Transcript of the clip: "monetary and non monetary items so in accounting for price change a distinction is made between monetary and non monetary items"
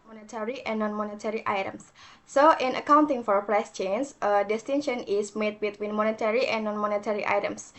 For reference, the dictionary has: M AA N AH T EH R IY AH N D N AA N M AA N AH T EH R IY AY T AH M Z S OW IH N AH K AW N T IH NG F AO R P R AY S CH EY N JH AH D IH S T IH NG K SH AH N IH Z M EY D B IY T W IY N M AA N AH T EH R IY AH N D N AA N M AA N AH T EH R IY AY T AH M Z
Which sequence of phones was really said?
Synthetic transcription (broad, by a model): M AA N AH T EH R IY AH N N AA N M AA N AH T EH R IY AY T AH M S OW IH N AH K AW N T IH NG F AO R P R AY S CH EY N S AH D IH S T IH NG SH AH N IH S M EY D B IY T W IY N M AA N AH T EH R IY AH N N AA N M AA N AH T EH R IY AY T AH M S